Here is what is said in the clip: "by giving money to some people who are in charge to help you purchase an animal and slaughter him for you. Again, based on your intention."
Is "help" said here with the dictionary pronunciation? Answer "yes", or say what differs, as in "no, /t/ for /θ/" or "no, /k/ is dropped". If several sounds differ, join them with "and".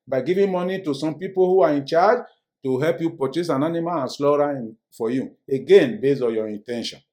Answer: yes